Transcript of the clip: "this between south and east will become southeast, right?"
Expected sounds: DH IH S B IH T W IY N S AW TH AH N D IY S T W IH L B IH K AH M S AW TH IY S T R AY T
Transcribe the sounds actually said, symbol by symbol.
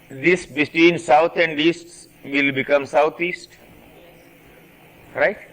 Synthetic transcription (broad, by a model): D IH S B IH T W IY N S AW T AH N D IY S T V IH L B IH K AH M S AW T IY S T R AY T